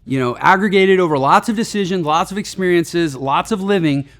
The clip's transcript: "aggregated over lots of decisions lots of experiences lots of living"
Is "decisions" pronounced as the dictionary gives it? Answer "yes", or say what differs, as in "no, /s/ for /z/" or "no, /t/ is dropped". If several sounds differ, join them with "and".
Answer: yes